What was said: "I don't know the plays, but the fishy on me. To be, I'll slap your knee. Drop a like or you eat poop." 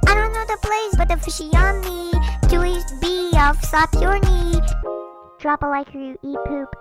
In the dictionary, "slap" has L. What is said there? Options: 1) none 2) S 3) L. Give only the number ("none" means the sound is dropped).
1